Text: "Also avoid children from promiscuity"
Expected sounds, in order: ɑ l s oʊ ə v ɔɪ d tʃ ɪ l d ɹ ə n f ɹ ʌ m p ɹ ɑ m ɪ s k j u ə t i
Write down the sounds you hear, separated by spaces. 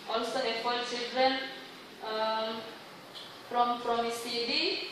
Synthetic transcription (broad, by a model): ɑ l s oʊ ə f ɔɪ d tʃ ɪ l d ɹ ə n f ɹ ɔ m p ɹ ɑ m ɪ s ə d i